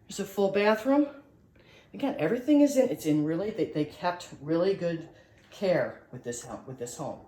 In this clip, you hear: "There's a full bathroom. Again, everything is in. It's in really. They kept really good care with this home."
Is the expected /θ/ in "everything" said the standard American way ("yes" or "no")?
yes